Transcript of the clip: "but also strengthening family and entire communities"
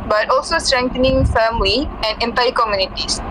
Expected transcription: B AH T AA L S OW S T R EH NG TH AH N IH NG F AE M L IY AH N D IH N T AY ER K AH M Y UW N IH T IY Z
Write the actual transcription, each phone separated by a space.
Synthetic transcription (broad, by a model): B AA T AA L S OW S T R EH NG T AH N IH NG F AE M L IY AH N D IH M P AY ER K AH M Y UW N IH T IY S